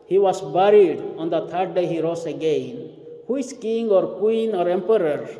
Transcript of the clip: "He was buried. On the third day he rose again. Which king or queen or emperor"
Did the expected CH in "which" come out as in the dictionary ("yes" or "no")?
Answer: no